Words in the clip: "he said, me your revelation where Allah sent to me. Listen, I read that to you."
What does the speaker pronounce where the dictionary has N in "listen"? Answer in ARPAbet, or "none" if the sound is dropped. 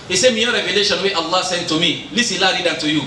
L